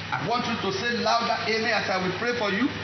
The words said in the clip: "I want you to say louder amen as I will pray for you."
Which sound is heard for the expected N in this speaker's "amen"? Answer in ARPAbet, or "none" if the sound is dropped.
none